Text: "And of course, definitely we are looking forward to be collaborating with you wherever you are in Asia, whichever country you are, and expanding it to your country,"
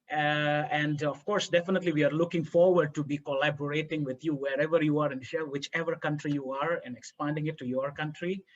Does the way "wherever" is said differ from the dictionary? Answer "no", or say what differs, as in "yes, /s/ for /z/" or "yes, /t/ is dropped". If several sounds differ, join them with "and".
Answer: no